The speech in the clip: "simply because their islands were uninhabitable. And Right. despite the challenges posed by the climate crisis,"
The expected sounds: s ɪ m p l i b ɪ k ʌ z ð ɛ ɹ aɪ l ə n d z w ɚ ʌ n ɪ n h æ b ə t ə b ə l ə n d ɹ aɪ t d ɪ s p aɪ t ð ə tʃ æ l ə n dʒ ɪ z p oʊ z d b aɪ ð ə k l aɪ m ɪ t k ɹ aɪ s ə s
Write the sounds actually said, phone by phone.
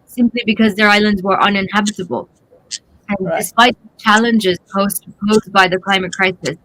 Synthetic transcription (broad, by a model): s ɪ m p l i b ɪ k ʌ z ð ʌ ɹ aɪ l ə n d z w ɚ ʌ n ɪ n h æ b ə t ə b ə l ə n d d ɪ s p aɪ t ð ə tʃ æ l ə n dʒ ɪ z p oʊ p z b aɪ ð ə k l aɪ m ɪ t k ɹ aɪ s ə s